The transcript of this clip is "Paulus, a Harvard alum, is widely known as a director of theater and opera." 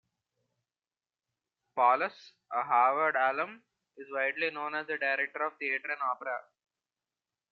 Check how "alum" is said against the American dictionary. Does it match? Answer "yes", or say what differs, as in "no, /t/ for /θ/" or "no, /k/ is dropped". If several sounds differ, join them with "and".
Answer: yes